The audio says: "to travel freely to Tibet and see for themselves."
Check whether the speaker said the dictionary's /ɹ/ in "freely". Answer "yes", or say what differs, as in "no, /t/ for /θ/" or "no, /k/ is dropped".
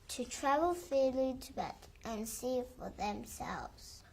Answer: no, /ɹ/ is dropped